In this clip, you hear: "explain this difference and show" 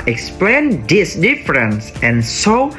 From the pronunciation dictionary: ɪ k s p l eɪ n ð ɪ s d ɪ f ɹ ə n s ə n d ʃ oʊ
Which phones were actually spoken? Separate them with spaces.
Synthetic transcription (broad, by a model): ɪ k s p l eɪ n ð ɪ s d ɪ f ɹ ə n s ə n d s oʊ